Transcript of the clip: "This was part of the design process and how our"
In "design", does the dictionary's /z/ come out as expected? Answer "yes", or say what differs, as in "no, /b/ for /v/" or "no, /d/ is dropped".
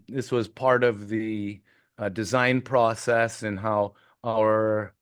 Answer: yes